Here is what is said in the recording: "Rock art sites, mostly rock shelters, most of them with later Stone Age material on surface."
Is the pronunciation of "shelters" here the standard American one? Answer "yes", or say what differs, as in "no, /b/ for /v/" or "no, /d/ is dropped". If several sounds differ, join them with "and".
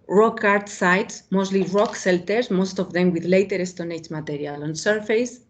no, /s/ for /ʃ/